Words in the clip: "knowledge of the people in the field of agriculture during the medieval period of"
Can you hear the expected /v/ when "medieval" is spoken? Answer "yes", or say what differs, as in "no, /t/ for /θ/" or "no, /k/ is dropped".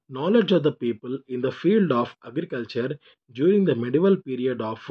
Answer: yes